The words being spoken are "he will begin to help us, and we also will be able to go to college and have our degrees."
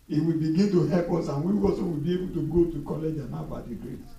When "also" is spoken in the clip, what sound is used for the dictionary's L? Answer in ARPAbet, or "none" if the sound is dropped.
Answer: none